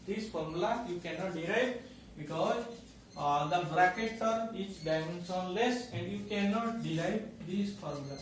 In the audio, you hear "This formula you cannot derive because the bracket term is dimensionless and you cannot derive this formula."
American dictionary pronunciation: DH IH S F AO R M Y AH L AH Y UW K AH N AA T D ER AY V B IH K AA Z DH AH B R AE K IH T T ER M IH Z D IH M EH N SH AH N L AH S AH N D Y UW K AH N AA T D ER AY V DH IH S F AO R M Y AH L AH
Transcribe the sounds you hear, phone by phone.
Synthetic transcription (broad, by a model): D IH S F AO R M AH L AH Y UW K AH N AA T D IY AY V B IH K AA Z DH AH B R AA K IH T T ER M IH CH D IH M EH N S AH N L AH S AH N D Y UW K AH N AA T D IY AY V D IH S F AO R M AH L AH